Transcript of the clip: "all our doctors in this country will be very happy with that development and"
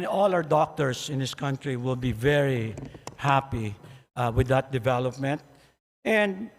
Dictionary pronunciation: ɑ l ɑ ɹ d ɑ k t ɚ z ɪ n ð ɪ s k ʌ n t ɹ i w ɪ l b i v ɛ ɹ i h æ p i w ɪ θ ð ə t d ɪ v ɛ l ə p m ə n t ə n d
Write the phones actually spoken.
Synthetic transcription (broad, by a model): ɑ l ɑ w d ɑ k t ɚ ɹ ɪ n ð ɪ s k ʌ n t ɹ i w ɪ l b i v ɛ ɹ i h æ p i w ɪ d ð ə t d ɪ v ɛ l ə p m ə n t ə n d